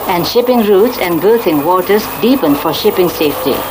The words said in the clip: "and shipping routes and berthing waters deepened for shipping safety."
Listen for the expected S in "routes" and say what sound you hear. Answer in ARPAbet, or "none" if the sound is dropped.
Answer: S